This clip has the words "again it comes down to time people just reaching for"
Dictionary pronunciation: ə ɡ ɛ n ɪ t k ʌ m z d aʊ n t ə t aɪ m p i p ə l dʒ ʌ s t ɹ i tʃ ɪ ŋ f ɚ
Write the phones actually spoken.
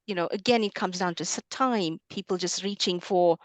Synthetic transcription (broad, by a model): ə ɡ ɛ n ɪ t k ʌ m z d aʊ n t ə t aɪ m p i p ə l dʒ ʌ s t ɹ i tʃ ɪ ŋ f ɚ